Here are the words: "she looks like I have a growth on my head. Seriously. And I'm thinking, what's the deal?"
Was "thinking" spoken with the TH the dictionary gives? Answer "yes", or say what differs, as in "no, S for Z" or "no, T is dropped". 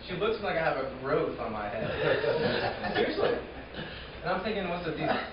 yes